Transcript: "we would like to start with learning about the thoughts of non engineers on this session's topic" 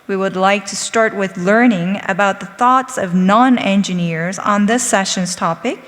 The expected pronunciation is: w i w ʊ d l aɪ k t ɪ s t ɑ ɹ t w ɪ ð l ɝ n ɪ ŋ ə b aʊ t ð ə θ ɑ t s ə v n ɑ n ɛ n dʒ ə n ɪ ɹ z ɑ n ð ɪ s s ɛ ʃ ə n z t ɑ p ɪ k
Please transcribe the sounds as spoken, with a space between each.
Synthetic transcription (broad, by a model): w i w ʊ d l aɪ k t ɪ s t ɑ ɹ t w ɪ ð l ɝ n ɪ ŋ ə b aʊ t ð ə θ ɑ t s ə v n ɑ n ɛ n dʒ ə n ɪ ɹ z n ð ɪ s s ɛ ʃ ə n z t ɑ p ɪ k